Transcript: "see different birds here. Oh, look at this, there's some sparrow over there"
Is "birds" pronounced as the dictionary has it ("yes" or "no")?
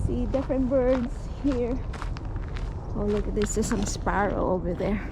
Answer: no